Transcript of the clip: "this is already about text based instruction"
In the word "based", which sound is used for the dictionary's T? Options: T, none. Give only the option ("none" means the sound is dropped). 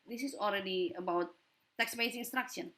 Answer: none